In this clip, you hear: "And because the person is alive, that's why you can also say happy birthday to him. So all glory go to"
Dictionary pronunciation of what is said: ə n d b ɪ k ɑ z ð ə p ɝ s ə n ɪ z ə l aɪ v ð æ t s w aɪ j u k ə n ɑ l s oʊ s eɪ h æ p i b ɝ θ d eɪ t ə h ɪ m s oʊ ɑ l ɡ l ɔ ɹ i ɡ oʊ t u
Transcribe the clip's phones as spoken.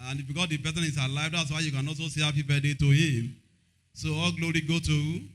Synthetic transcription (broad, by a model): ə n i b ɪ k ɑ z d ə b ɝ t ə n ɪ s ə l aɪ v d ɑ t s w aɪ j u k ə n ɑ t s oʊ s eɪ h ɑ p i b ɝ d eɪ t ə h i m s oʊ ɑ l ɡ l ɔ ɹ i ɡ oʊ t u